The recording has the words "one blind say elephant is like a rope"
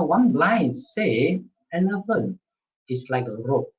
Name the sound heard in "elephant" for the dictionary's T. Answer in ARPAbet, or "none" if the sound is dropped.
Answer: none